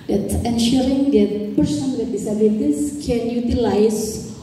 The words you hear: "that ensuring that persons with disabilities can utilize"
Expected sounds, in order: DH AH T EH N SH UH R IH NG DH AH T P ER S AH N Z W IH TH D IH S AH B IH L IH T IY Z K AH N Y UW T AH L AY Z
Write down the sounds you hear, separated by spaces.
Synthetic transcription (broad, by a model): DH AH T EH N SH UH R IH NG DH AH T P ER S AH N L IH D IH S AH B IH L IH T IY S K AH N Y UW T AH L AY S